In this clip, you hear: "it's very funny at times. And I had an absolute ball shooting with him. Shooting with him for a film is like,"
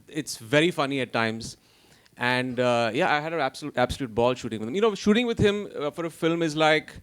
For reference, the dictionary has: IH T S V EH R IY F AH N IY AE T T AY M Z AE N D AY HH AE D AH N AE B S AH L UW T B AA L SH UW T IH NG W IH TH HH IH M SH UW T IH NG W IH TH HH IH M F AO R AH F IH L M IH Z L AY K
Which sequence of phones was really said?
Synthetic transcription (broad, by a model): IH T S V EH R IY F AH N IY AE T T AY M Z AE N D AY HH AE D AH L AE B S AH L UW T B AA L SH UW T IH NG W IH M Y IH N SH UW T IH NG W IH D HH IH M F AO R AH F IH L M IH Z L AY K